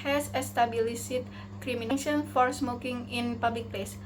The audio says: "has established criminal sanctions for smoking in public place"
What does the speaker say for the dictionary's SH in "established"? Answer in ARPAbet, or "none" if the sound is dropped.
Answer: S